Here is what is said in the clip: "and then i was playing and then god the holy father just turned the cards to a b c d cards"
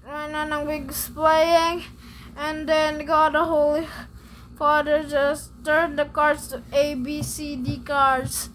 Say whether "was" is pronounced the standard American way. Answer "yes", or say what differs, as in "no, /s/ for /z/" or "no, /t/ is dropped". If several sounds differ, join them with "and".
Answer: no, /s/ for /z/